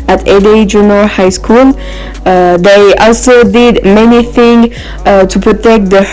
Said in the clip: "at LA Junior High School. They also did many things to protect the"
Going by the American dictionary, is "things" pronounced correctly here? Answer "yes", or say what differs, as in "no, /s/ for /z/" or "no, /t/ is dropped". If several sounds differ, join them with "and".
no, /z/ is dropped